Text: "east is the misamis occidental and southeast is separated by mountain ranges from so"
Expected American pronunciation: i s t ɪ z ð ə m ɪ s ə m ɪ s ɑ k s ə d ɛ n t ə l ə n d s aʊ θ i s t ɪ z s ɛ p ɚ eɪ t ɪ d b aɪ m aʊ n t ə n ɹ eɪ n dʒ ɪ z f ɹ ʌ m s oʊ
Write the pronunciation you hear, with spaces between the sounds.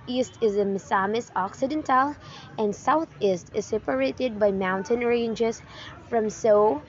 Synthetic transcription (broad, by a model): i s t ɪ z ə m ɪ s ə m ɪ s ɑ k s ə d ɛ n t ə l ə n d s aʊ θ i s t ɪ z s ɛ p ɚ eɪ t ɪ d b aɪ m aʊ n t ə n ɹ eɪ n dʒ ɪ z f ɹ ʌ m s oʊ